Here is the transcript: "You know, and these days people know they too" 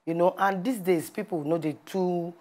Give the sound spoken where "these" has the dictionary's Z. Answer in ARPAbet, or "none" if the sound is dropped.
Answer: S